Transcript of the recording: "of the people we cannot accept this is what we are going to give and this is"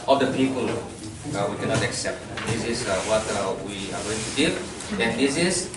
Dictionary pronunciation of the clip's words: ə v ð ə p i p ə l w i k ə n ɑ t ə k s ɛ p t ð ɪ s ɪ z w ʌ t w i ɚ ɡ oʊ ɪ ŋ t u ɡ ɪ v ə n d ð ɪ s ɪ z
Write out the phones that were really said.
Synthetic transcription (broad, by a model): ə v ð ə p i p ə l w i k ə n ɑ t ə k s ɛ p t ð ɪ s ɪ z w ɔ t w i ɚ ɡ oʊ ɪ ŋ t u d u ə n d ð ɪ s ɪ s